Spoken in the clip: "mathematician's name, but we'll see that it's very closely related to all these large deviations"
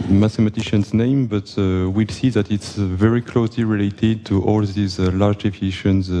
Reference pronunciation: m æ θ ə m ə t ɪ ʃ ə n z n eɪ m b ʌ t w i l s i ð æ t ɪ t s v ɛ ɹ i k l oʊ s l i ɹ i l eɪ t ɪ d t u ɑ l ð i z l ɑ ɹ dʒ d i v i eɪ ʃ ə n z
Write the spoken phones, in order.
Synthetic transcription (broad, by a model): m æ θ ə m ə t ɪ ʃ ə n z n eɪ m b ʌ t w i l s i ð æ t ɪ t s v ɛ ɹ i k l oʊ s l i ɹ i l eɪ t ɪ d t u ɑ l ð i z l ɑ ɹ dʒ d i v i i ʃ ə n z